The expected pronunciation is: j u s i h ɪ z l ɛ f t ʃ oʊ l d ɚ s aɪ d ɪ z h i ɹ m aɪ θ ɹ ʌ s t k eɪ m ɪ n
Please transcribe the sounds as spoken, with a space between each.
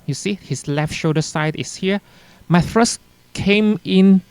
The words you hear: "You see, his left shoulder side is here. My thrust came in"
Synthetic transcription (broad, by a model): j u s i h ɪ s l ɛ f t ʃ oʊ d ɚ s aɪ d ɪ s h i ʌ m aɪ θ ɹ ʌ s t k eɪ m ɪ n